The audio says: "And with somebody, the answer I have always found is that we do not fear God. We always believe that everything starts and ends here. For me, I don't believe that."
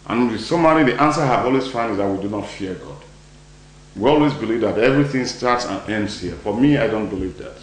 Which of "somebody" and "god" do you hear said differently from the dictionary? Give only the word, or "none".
somebody